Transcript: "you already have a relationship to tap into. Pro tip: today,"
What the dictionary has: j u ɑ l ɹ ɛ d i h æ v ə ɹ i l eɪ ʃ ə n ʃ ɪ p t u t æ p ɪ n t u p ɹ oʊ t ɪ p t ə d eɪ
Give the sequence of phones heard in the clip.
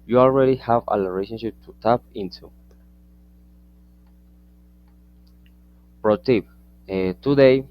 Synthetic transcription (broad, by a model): j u ɑ l ɹ ɛ d i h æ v ə l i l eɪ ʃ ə n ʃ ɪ p t u t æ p ɪ n t u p ɹ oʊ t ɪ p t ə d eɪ